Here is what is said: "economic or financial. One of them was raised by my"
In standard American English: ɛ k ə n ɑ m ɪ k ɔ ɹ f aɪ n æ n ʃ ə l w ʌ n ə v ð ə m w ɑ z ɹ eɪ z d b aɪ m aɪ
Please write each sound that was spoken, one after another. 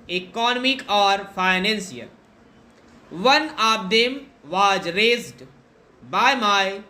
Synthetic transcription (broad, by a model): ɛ k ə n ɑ m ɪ k ɔ ɹ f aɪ n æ n s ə l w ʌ n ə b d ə m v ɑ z ɹ eɪ z d b aɪ m aɪ